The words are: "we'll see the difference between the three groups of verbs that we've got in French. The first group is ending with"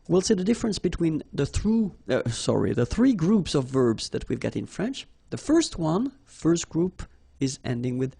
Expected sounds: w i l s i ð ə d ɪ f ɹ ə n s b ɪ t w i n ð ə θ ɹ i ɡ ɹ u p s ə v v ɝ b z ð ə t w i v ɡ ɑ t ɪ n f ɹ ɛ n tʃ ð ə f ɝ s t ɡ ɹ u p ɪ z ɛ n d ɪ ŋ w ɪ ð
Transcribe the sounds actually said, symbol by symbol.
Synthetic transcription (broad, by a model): w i l s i ð ə d ɪ f ɹ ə n s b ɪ t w i n ð ə θ ɹ i ɡ ɹ u p s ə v v ɝ b z ð ə t w i v ɡ ɑ t ɪ n f ɹ ɛ n tʃ ð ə f ɝ s t ɡ ɹ u p ɪ z ɛ n d ɪ ŋ w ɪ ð